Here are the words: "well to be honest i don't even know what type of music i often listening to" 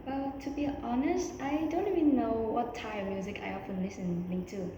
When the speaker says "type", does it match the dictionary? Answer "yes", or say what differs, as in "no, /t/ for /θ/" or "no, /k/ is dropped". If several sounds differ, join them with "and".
no, /p/ is dropped